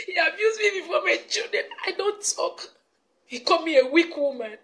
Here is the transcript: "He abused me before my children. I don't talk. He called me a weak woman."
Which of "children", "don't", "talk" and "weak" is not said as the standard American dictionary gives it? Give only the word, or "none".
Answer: children